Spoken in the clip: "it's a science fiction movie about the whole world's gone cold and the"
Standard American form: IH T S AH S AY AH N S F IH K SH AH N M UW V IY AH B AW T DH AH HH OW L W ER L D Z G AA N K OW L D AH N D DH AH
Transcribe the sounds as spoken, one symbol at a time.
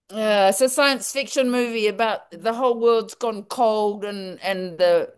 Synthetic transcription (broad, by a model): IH S AH S AY AH N S F IH K SH AH N M UW V IY AH B AW T DH AH HH OW L W ER L D Z G AA N K OW L D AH N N DH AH